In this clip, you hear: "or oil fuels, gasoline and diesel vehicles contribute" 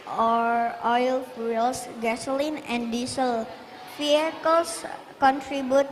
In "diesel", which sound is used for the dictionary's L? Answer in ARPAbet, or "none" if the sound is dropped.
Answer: L